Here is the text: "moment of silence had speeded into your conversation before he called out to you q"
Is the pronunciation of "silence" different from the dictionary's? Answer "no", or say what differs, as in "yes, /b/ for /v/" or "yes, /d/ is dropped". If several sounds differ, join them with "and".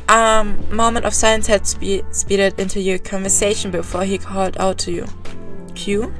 yes, /l/ is dropped